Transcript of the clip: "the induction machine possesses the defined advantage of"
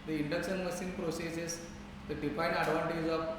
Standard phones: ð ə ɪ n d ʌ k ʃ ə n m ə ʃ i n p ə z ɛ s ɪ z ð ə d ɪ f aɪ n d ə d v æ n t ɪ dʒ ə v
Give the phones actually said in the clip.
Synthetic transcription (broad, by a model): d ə ɪ n d ʌ k ʃ ə n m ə s i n p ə s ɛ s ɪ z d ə d ɪ f aɪ n d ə d v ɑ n t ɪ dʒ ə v